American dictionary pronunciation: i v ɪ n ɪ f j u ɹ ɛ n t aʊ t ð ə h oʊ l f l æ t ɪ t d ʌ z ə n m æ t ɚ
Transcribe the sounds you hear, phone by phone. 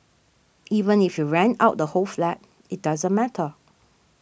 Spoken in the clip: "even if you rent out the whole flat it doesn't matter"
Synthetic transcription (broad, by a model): i v ɪ n ɪ f j u ɹ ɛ n aʊ t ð ə h oʊ l f l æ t ɪ t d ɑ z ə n m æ t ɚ